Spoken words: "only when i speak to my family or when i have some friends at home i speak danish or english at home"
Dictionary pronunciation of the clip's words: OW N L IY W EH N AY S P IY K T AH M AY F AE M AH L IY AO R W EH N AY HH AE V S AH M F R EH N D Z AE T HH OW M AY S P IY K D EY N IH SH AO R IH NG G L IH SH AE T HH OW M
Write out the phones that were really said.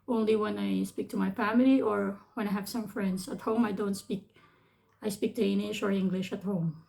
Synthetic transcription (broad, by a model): OW N L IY W EH N AY S P IY K T AH M AY F AE M AH L IY AO R W EH N AY HH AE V S AH M F R EH N D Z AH T HH OW M AY S P IY K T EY L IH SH AO R IH NG G L IH SH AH T HH OW M